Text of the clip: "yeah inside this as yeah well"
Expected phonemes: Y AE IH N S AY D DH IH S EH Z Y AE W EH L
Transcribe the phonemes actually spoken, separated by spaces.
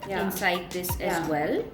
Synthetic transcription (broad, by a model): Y IH N S AY D DH IH S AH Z W EH L